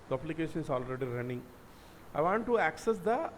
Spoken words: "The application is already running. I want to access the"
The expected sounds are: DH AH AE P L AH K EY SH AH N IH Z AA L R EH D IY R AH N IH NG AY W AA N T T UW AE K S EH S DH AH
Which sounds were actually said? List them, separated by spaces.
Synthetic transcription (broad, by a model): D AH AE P L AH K EY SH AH N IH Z AA L R EH D IY R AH N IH NG AY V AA N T T UW AE K S EH S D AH